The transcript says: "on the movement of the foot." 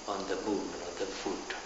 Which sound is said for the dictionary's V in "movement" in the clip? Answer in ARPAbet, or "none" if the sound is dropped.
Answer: none